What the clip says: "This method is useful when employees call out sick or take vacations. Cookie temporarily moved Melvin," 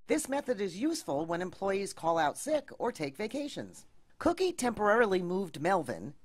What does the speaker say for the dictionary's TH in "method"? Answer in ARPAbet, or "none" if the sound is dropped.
TH